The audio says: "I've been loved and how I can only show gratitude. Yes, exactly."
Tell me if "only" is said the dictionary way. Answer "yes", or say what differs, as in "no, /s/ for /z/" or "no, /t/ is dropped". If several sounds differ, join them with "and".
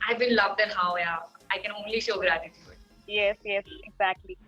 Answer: yes